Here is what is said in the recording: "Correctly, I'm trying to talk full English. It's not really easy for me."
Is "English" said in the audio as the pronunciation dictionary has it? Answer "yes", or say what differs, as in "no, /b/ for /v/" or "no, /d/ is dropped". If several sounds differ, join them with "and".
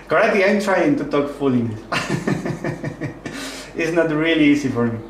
no, /ʃ/ is dropped